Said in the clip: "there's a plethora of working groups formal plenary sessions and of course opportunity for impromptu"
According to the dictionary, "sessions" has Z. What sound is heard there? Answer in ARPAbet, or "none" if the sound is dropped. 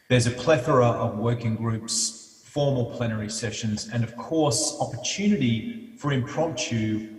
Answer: Z